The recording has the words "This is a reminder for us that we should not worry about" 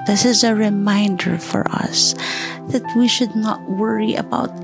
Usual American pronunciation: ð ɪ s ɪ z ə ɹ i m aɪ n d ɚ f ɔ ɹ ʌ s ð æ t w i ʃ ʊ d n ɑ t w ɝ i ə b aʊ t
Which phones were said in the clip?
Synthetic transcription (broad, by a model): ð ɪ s ɪ z ə ɹ i m aɪ n d ɚ f ɔ ɹ ʌ s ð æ t w i ʃ ʊ d n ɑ t w ɝ i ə b aʊ t